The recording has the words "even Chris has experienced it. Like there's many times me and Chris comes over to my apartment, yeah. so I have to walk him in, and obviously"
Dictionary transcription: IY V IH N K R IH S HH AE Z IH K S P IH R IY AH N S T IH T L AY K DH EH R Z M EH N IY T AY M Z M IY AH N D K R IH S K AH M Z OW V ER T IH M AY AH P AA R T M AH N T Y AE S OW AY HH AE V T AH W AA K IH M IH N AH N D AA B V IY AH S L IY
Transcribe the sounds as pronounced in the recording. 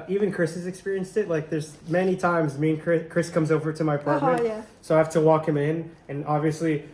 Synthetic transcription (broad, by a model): IY V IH N K R IH S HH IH Z IH K S P IH R IY AH N S T IH T L AY K DH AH R Z M EH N IY T AY M Z M IY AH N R K R IH S K AH M Z OW V ER T IH M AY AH P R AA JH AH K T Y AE S OW AY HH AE F T AH W AA K IH M IH N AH N AA B V IY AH S L IY